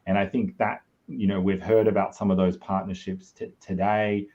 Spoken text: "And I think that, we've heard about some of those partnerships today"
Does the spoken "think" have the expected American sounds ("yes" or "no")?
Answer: yes